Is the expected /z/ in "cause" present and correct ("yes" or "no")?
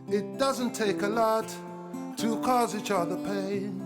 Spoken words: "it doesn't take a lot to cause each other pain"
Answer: yes